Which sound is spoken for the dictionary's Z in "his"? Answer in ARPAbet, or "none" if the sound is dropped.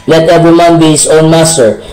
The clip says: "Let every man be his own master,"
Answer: S